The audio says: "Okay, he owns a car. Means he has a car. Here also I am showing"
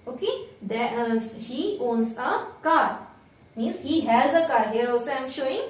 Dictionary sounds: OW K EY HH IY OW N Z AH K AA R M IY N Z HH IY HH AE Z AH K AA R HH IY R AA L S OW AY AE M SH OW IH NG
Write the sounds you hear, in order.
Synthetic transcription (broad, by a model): OW K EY HH IY OW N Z AH K AA R M IY N Z HH IY HH AE Z AH K AA R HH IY R AA L S OW AY M SH OW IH NG